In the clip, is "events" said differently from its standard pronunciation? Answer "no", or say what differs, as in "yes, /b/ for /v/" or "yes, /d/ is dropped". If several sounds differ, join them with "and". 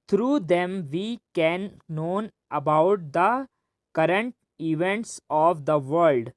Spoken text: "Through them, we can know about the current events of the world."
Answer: no